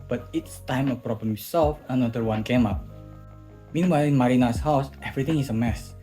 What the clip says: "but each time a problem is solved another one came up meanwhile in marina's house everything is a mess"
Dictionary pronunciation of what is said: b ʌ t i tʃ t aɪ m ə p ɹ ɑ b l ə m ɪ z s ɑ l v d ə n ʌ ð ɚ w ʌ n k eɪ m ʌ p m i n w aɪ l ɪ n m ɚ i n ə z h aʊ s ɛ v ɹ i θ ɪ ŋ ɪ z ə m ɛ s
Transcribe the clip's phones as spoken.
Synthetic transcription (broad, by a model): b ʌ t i s t aɪ m ə p ɹ ɑ b l ə m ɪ s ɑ l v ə n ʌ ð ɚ w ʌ n k eɪ m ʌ p m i n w aɪ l ɪ n m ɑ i n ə s h aʊ s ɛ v ɹ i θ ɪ ŋ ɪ s ə m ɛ s